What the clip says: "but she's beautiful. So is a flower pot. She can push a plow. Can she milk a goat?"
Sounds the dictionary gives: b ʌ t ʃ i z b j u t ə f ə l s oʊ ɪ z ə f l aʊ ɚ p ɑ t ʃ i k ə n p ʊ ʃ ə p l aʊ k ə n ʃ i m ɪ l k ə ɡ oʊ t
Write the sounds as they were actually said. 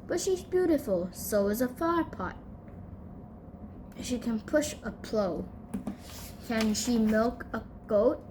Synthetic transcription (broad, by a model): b ʌ t ʃ i z b j u t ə f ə l s oʊ ɪ z ə f aʊ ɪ p ɑ t ʃ i k ə n p ʊ ʃ ə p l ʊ k ə n ʃ i m ɪ l k ə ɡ oʊ t